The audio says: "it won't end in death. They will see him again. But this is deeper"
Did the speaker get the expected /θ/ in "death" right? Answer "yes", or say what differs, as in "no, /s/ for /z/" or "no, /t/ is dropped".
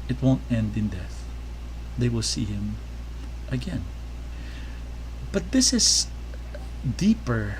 yes